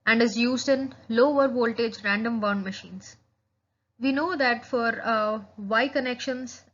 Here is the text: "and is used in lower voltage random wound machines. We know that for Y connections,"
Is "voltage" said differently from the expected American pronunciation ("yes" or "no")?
no